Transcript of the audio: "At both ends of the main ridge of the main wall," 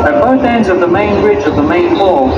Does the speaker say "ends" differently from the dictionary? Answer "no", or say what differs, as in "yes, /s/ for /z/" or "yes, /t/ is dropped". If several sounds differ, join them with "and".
no